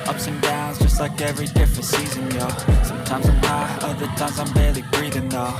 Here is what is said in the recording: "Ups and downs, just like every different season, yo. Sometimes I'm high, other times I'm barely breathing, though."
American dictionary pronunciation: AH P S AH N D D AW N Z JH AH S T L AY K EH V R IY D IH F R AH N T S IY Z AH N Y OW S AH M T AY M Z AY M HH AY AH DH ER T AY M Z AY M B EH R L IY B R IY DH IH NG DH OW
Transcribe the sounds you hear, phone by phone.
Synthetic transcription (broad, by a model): AH P S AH N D D AW N Z JH AH S T L AY K EH V R IY D IH F R AH N T S IY Z AH N Y OW S AH M T AY M Z AY M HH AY AH DH ER T AY M Z AY M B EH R L IY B R IY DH IH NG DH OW